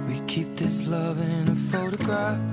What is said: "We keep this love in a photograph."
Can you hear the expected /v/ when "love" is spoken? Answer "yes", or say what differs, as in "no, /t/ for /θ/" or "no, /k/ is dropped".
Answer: yes